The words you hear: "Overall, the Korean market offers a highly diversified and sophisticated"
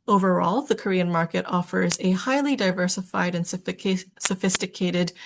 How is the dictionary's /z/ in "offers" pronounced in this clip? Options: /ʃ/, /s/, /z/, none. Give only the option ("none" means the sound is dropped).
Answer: /z/